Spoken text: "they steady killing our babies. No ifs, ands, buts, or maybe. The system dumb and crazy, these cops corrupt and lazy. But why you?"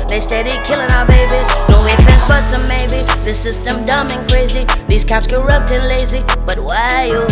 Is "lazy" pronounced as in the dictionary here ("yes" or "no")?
yes